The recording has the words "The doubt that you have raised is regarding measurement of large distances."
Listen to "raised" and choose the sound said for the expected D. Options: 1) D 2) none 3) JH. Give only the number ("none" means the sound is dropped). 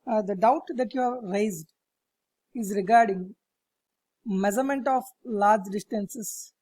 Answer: 1